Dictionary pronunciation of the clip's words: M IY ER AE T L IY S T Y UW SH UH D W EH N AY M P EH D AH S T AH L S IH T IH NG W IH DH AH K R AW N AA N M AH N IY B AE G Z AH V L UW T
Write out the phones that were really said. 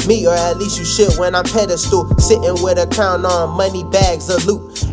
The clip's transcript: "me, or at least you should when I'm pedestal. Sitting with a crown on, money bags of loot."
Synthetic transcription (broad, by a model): M IY ER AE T L IY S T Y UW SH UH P W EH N AY M P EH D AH S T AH S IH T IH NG W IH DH AH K AW N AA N M AH N IY B AE G Z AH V L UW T